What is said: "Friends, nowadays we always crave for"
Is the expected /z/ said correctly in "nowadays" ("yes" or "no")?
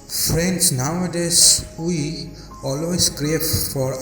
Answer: no